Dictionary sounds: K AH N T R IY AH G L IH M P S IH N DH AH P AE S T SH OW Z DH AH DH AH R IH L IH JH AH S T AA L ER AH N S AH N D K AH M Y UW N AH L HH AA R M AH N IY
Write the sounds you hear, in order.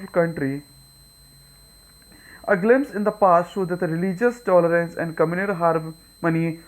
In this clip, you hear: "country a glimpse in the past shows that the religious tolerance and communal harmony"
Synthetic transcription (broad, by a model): K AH N T R IY AH G L IH M P S IH N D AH P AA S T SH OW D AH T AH R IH L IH JH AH S T AA L ER AH N S AH N D K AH M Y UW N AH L HH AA R M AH N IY